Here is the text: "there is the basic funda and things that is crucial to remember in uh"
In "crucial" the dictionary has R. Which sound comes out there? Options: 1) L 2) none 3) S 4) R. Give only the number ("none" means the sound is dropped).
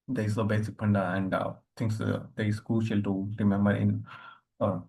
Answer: 2